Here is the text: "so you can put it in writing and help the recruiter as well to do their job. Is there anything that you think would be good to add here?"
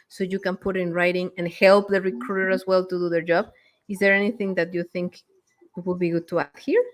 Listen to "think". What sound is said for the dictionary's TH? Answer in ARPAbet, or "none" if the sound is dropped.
TH